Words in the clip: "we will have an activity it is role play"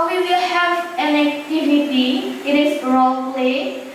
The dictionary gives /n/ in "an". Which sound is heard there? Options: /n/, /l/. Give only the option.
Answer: /l/